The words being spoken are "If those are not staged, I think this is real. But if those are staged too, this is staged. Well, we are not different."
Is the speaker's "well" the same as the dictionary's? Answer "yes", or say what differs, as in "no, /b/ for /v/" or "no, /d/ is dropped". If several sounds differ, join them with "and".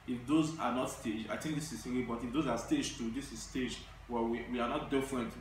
no, /w/ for /l/